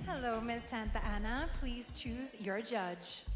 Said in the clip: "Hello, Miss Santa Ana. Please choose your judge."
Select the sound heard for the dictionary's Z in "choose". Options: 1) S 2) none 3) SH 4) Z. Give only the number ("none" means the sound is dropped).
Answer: 4